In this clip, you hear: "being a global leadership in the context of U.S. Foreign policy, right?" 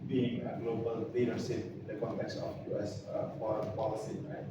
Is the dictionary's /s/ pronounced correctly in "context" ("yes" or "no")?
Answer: yes